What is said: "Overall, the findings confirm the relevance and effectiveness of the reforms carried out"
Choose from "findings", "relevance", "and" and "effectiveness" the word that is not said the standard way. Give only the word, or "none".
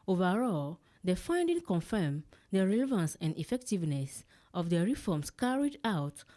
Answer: findings